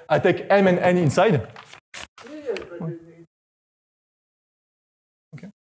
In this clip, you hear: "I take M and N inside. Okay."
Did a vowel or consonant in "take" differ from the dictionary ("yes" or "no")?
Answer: no